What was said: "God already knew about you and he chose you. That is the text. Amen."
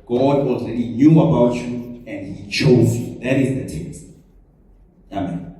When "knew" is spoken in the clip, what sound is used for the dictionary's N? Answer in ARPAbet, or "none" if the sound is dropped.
N